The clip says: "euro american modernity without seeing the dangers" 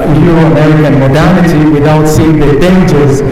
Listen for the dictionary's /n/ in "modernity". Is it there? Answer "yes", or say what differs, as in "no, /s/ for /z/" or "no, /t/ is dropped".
yes